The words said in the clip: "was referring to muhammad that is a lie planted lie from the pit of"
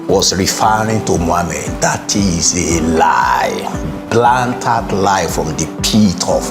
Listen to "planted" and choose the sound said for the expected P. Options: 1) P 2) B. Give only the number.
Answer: 2